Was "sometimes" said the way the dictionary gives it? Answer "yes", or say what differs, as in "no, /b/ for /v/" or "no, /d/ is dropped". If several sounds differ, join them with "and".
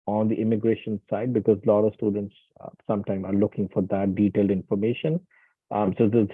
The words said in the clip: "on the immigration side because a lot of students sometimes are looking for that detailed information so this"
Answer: no, /z/ is dropped